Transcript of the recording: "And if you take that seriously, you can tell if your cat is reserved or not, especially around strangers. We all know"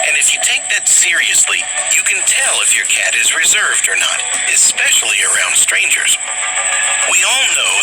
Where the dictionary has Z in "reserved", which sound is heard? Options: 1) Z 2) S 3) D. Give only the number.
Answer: 1